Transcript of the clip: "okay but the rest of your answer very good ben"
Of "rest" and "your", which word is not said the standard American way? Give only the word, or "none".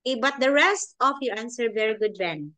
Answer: none